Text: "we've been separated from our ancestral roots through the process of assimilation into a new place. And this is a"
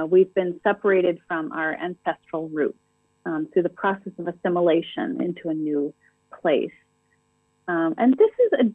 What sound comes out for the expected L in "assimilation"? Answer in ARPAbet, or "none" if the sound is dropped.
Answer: L